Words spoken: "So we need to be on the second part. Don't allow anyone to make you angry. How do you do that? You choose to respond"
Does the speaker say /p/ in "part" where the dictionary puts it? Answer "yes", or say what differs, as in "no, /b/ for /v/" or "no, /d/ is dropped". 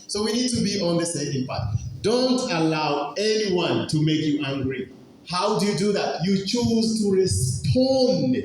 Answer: no, /b/ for /p/